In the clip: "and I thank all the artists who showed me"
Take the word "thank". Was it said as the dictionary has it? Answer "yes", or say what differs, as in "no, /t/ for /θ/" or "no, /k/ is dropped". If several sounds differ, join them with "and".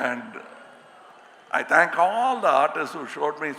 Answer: no, /t/ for /θ/